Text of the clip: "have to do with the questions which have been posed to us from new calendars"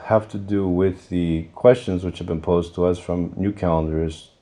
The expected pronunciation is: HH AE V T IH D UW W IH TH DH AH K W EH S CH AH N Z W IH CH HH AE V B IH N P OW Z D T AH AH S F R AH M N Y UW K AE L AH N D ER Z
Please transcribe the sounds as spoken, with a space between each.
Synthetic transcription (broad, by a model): HH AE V T IH D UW W IH DH AH K W EH S CH AH N Z W IH CH HH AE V B IH N P OW Z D T AH AH S F R AH M N Y UW K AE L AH N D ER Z